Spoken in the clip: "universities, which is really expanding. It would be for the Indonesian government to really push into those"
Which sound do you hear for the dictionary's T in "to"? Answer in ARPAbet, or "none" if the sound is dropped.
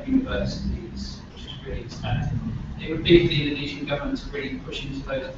S